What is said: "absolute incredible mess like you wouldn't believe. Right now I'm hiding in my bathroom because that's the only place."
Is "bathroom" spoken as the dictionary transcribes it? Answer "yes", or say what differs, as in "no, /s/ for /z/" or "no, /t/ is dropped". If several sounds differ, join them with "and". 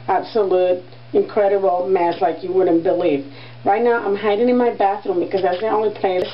yes